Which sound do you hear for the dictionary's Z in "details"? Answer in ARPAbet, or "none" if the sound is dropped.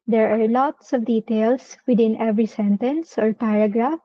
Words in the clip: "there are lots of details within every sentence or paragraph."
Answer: S